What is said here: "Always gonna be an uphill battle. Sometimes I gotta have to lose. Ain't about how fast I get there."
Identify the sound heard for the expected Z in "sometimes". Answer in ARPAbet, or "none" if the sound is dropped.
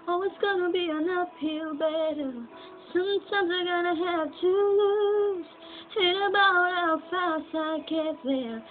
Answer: Z